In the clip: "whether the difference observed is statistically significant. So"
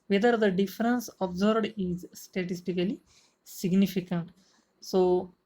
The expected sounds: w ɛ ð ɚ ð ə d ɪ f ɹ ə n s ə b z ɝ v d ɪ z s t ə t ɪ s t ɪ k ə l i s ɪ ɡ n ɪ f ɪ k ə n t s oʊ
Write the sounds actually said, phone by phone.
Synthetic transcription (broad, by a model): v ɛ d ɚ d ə d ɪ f ɹ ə n s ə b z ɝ b d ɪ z s t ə t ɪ s t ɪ k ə l i s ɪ ɡ n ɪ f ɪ k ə n t s oʊ